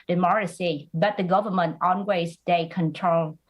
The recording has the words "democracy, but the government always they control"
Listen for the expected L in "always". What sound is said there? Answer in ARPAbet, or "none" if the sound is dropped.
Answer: N